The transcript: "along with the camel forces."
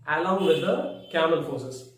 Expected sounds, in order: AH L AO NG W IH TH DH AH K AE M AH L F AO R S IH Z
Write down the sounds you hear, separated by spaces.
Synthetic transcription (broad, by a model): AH L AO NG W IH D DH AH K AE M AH N F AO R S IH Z